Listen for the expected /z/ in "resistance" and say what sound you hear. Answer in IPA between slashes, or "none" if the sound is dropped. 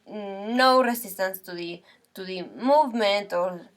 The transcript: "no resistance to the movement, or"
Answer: /s/